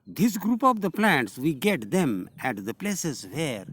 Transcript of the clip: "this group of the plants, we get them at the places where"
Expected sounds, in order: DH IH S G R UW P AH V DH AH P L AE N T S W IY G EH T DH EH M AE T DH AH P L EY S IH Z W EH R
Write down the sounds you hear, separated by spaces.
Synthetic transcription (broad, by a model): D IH S G R UW P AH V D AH P L AE N T S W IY G EH T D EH M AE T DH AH P L EY S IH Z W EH R